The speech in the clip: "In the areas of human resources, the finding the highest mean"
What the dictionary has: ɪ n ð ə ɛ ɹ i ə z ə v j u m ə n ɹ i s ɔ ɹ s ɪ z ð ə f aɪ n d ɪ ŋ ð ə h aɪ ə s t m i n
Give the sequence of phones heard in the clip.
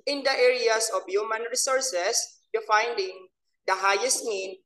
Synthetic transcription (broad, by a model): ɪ n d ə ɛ ɹ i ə s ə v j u m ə n ɹ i s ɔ ɹ s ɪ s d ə f aɪ n d ɪ ŋ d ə h aɪ ə s t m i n